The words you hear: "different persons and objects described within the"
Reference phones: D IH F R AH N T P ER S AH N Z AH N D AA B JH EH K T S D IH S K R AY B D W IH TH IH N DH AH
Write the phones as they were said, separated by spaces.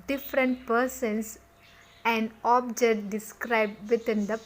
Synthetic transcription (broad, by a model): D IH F R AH N T P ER S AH N S AH N D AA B JH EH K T D IH S K R AY B D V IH T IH N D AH